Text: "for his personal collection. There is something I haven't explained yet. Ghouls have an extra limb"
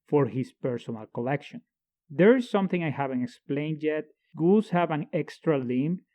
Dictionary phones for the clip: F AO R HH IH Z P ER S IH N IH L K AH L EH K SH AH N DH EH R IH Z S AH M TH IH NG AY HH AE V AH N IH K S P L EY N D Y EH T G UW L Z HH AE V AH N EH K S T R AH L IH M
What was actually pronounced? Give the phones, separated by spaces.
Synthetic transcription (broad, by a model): F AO R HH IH S P ER S IH N IH L K AH L EH K SH AH N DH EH R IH S AH M TH IH NG AY HH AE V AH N IH K S P L EY N D Y EH T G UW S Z HH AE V AH N EH K S T R AH L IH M